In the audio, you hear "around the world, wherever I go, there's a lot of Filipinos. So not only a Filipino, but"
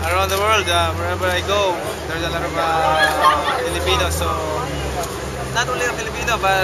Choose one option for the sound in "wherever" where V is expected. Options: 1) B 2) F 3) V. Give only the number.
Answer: 1